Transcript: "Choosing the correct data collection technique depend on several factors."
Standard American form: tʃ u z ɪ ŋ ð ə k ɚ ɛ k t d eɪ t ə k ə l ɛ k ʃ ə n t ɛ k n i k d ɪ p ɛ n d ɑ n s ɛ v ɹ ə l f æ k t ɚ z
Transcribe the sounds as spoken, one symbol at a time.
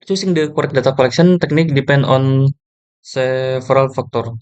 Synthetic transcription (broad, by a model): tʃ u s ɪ ŋ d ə k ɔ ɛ k d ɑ t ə k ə l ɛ k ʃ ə n t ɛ k n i k d ɪ p ɛ n d ɑ n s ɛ f ɹ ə l f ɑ k t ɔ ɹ